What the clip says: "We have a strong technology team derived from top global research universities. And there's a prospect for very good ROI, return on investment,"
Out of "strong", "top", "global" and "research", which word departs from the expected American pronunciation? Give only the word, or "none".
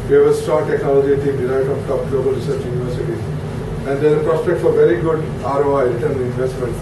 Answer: strong